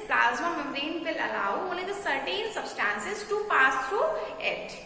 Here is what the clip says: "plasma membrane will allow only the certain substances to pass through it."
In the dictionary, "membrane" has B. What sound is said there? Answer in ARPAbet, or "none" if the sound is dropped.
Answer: none